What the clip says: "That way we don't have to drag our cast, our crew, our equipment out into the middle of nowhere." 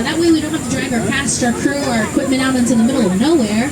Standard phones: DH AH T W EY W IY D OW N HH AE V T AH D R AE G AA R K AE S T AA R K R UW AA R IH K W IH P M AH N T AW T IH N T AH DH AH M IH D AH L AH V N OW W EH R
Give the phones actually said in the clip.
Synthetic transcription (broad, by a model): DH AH T W EY W IY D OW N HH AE F T AH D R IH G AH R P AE S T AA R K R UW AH R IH K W IH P M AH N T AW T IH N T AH DH AH M IH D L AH N OW W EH R